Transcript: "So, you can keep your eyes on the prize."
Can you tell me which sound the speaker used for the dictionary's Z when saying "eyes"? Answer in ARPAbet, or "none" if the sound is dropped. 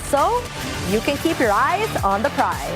Z